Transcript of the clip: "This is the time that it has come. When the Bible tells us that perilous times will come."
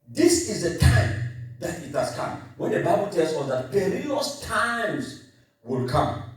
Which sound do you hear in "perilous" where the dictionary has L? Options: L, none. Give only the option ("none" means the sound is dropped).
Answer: none